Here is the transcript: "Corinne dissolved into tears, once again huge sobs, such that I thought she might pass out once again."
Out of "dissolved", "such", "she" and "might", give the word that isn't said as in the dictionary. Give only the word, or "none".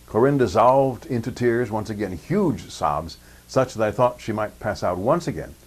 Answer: none